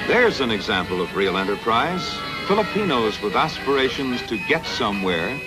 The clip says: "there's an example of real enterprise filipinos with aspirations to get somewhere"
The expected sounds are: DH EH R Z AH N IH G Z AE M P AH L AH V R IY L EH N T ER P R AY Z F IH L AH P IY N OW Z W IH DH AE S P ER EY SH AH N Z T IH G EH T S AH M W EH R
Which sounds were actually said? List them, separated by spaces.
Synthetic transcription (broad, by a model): DH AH R Z AH N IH G Z AE M P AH L AH V R IY L EH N T ER P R AY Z F IH L AH P IY N OW Z W IH DH AE S P ER EY SH AH N Z T IH G EH T S AH M W EH R